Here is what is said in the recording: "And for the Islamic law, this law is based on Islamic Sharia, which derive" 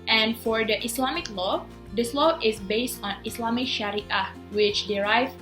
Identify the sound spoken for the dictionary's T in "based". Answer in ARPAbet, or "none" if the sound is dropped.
T